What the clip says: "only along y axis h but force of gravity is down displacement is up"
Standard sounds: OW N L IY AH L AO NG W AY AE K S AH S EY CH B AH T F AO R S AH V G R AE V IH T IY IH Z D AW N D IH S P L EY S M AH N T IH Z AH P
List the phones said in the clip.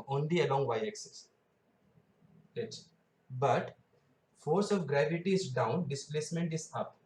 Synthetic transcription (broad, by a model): OW N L IY AH L AO NG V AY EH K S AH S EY S B AH T F AO R S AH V G R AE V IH T IY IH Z D AW N D IH S P L EY S M AH N T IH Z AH P